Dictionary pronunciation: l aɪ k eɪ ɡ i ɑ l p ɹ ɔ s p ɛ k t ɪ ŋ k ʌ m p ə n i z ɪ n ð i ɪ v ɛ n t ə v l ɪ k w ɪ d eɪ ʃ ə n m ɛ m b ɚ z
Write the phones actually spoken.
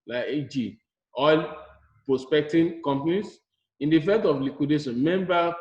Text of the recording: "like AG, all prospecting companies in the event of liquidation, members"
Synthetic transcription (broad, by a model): l aɪ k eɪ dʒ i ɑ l p ɹ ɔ s p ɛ k t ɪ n k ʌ m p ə n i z ɪ n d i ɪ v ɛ t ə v l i k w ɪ d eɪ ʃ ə n m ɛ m b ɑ